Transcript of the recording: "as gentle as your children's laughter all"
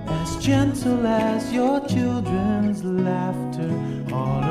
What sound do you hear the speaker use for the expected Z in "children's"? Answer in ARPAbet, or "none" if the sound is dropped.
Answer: Z